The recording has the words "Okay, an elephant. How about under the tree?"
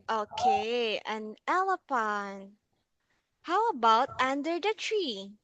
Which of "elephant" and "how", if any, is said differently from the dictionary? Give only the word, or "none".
elephant